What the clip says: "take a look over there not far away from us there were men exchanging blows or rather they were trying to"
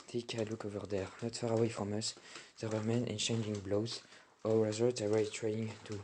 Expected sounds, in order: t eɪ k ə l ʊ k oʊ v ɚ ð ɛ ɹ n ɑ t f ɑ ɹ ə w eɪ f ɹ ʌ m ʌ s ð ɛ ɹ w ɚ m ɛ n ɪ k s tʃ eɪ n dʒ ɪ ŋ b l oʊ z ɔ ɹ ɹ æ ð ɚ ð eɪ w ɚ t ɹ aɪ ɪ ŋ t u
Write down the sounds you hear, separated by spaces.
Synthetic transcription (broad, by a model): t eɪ k ə l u k oʊ v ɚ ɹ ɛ ɹ n ɑ t f ɑ ɹ ə w eɪ f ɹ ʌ m ʌ s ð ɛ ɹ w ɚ m ɛ n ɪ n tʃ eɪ n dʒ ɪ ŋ b l oʊ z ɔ l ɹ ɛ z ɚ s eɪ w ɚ t ɹ aɪ ɪ ŋ t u